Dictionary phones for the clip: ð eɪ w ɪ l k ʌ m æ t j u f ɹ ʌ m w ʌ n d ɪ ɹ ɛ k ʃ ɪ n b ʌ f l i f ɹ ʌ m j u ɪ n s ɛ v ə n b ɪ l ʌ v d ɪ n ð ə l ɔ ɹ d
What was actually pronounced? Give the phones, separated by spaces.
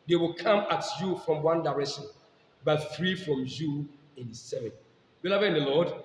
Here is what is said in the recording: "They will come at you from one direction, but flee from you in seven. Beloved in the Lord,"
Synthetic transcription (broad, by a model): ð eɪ w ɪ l k ʌ m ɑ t j u f ɹ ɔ m w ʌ n d ɪ ɹ ɛ k ʃ ɪ n b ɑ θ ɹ i f ɹ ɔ m j u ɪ n s ɛ v ə n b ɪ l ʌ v ɪ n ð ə l ɔ d